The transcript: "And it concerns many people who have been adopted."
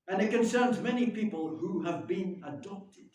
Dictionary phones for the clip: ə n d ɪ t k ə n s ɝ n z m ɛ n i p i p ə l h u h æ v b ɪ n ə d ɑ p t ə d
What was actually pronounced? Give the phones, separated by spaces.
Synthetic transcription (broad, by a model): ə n ɪ t k ə n s ɝ n z m ɛ n i p i p ə l h u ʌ v b ɪ n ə d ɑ p t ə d